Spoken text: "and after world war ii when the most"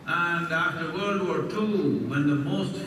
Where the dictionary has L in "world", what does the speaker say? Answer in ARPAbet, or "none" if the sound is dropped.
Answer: none